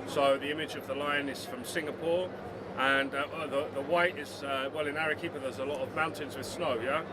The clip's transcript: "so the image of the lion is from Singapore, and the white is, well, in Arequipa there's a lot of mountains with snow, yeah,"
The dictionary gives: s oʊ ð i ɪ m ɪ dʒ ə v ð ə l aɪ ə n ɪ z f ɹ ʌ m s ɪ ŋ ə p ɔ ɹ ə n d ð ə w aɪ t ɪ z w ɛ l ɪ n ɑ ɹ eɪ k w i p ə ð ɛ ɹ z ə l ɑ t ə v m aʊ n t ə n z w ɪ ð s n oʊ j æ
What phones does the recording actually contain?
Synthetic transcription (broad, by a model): s oʊ ð i ɪ m ɪ dʒ ə v ð ə l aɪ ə n ɪ z f ɹ ʌ m s ɪ ŋ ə p ɔ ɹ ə n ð ð ə w aɪ t ɪ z w ɛ l ɪ n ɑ ɹ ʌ k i p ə ð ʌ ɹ z ə l ɑ t ə v m aʊ n t ə n z w ɪ ð s n oʊ j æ